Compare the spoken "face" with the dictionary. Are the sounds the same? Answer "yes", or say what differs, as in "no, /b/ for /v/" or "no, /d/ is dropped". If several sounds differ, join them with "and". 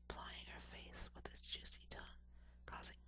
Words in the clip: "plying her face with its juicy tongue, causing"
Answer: no, /θ/ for /s/